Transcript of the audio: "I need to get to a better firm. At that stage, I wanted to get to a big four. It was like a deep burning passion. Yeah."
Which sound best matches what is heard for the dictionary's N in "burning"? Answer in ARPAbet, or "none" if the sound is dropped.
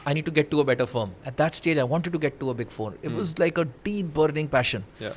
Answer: N